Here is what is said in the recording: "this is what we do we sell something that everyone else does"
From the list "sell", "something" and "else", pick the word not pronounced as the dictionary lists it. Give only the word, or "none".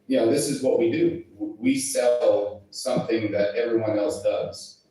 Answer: none